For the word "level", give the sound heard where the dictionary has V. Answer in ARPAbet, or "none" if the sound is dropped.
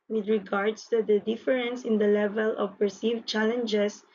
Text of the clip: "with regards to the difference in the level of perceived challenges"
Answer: V